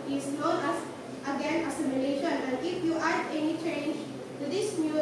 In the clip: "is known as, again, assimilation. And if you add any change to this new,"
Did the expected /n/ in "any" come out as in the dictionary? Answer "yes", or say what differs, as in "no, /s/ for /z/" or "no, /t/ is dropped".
yes